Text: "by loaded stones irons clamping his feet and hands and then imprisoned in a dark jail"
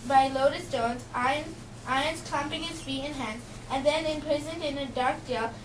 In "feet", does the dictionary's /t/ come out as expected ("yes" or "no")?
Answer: no